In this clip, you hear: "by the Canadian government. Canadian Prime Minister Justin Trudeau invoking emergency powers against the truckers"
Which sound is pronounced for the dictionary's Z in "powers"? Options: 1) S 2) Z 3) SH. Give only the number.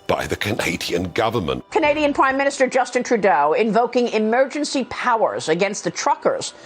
2